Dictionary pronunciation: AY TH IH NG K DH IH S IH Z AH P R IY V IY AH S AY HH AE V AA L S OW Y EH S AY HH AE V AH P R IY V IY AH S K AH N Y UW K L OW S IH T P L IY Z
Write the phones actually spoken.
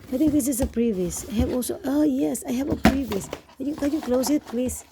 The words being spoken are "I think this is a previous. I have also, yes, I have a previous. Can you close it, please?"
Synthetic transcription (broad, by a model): AY T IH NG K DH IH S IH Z AH P R IY V IY AH S AY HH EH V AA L S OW Y EH S AY HH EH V AH P R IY V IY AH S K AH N Y UW K L OW S IH T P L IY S